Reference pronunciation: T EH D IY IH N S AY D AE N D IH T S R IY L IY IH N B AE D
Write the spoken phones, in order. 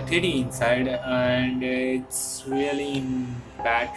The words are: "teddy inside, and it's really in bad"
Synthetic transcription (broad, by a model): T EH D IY IH N S AY D AE N D IH T S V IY L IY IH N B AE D